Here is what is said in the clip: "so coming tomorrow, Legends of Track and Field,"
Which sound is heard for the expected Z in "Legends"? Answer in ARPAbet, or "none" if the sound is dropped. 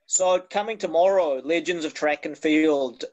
Z